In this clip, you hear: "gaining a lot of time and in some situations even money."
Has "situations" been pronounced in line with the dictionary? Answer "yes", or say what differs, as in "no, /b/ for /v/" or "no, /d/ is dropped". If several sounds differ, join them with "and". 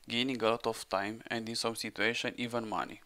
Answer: no, /z/ is dropped